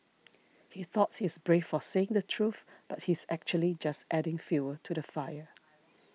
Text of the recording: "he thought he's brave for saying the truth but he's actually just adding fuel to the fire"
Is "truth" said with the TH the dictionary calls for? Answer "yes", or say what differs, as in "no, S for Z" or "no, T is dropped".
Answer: yes